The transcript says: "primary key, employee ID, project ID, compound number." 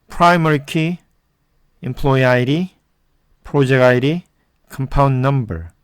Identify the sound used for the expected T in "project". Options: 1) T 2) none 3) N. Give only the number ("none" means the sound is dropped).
2